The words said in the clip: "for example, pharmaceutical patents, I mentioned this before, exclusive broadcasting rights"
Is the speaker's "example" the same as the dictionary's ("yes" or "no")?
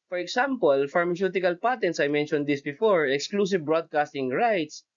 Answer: no